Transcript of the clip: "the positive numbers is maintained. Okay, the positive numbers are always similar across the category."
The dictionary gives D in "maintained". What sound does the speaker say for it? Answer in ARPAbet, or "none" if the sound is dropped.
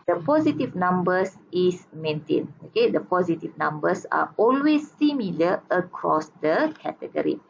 none